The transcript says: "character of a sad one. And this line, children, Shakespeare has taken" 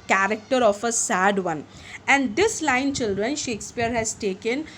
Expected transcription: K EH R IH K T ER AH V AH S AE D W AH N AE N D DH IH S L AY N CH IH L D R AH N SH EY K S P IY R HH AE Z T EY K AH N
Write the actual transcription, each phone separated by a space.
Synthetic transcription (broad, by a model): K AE R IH K T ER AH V AH S AE D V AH N AE N D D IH S L AY N CH IH L D R AH N SH EY K S P IY R HH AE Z T EY K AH N